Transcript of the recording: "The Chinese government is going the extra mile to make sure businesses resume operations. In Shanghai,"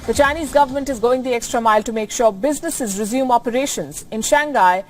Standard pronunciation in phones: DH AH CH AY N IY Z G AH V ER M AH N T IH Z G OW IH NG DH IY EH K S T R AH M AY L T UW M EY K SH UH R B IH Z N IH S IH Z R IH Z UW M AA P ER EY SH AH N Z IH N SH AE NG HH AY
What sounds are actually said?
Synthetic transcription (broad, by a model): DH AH CH AY N IY Z G AH V ER M AH N T IH Z G OW IH NG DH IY EH K S T R AH M AY L T UW M EY K SH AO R B IH Z N IH S IH Z R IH Z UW M AA P ER EY SH AH N Z IH N SH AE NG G AY